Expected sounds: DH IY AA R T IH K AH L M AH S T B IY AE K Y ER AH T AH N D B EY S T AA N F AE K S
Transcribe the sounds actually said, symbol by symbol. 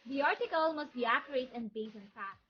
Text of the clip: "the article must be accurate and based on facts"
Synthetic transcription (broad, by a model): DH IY AA R T IH K AH L M AH S T B IY AE K Y ER AH T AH N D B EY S AA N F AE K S